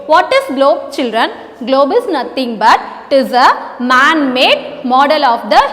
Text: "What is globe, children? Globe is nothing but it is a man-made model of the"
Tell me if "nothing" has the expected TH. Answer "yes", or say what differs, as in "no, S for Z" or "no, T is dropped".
no, T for TH